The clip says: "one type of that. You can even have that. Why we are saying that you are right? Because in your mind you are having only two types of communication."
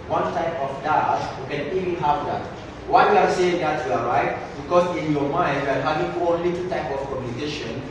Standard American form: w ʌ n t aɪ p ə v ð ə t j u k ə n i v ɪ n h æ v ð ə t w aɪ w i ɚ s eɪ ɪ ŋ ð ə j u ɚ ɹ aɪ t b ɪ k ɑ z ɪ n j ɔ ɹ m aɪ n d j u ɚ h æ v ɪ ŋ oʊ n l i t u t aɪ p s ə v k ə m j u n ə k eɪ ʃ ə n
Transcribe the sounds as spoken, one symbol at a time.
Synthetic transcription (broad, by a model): w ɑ n t aɪ p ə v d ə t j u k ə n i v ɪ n h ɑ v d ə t w aɪ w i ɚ s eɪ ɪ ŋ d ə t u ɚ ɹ aɪ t b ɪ k ɑ s ɪ n j ɔ m aɪ n d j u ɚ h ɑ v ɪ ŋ oʊ n l i t u t aɪ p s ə f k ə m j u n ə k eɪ ʃ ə n